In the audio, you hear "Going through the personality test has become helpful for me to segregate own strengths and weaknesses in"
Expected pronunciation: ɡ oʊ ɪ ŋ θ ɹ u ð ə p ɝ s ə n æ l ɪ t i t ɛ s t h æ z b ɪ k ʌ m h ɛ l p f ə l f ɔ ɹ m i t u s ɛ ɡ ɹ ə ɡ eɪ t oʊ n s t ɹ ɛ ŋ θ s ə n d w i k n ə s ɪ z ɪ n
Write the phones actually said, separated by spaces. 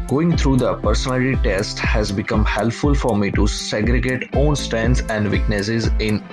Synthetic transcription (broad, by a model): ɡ oʊ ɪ ŋ t ɹ u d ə p ɝ s ə n æ l ɪ t i t ɛ s t h æ z b ɪ k ʌ m h ɛ l p f ə l f ɔ ɹ m i t u s ɛ ɡ ɹ ə ɡ eɪ t oʊ n s t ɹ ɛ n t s ə n d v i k n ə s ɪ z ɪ n